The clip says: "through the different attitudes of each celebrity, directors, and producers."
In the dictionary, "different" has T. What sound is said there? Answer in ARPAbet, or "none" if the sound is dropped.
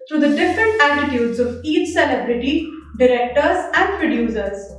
T